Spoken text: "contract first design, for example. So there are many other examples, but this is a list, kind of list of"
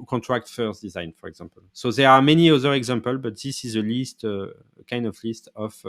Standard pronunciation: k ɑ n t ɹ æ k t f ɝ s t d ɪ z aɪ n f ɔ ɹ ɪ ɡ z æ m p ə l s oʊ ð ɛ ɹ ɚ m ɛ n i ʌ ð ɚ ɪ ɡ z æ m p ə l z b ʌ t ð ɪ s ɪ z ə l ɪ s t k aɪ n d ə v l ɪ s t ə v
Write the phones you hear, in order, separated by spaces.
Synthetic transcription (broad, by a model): k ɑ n t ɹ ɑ k t f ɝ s d ɪ z aɪ n f ɔ ɹ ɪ ɡ z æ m p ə l s oʊ ð ɛ ɹ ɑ m ɛ n i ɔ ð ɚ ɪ ɡ z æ m p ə l b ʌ t ð ɪ s ɪ z ə l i s t k aɪ n d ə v l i s t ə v